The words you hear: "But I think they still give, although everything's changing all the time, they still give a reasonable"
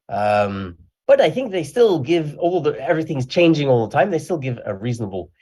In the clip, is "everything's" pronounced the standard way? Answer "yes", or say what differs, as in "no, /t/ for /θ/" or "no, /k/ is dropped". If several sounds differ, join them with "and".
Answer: yes